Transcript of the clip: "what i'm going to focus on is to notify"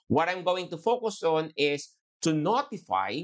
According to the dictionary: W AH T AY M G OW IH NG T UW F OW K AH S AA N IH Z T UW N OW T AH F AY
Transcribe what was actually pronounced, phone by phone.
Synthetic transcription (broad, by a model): W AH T AY M G OW IH NG T UW F OW K AH S AA N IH S T UW N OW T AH F AY